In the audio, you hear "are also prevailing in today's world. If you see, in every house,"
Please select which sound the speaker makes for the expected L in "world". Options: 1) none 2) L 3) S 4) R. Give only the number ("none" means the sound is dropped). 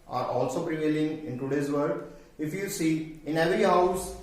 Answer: 1